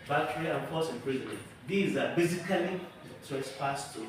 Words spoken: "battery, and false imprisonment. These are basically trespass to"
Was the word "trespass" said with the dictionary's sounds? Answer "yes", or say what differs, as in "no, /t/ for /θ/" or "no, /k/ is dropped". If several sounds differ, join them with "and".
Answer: no, /ɹ/ is dropped